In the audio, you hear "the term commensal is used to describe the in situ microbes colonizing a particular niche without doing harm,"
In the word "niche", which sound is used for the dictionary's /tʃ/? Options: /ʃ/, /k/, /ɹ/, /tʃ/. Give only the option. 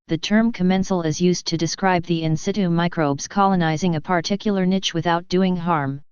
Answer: /tʃ/